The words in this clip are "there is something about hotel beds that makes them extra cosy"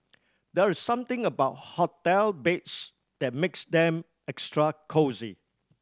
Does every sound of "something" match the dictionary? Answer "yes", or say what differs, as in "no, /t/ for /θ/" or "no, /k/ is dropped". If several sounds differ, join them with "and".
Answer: no, /t/ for /θ/